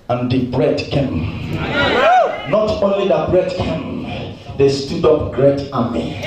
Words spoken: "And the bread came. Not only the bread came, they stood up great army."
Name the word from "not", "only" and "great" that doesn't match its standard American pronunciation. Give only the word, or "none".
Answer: none